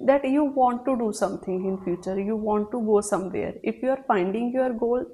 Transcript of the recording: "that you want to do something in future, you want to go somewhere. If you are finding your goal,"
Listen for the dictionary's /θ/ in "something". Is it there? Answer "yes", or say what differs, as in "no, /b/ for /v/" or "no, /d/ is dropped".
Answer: no, /t/ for /θ/